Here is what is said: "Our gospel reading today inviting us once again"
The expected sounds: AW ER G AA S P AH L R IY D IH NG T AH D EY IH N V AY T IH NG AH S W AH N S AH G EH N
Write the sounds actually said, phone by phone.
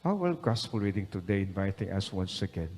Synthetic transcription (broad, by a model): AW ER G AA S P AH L R IY D IH NG T AH D EY IH N V AY T IH NG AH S W AH N S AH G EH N